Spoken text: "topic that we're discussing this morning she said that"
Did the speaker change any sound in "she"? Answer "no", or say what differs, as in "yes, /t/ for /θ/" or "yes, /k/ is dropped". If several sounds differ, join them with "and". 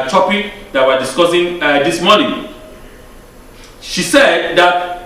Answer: no